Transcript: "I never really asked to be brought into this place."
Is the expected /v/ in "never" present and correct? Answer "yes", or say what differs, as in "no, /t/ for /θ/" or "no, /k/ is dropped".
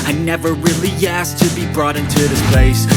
yes